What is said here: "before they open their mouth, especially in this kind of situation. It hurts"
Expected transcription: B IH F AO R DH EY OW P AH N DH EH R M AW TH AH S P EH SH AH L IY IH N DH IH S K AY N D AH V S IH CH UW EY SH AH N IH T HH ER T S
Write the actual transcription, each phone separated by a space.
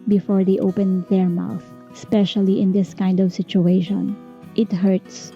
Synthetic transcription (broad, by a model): B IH F AO R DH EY OW P AH N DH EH R M AW TH AH S P EH SH AH L IY IH N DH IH S K AY N D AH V S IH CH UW EY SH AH N IH T HH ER T S